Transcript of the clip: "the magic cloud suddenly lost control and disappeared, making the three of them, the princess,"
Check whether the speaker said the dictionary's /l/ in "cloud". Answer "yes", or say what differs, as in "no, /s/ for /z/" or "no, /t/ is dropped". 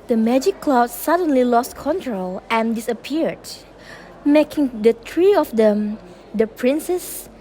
yes